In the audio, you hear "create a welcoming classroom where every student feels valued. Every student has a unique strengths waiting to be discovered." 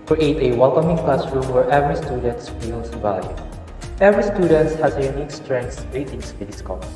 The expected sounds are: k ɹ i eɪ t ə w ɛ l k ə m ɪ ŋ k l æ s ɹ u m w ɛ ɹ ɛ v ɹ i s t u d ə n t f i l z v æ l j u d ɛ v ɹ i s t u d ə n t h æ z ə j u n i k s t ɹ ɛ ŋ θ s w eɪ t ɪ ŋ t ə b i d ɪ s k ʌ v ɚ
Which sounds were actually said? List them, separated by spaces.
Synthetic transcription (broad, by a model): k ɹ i eɪ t ə w ɛ l k ə m ɪ ŋ k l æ s ɹ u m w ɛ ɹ ɛ v ɹ i s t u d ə n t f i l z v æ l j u ɛ v ɹ i s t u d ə n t h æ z ə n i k s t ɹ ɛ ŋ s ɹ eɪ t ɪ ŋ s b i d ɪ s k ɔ